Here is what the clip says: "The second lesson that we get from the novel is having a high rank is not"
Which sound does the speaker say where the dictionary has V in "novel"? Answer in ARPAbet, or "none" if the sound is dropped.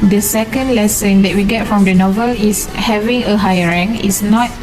V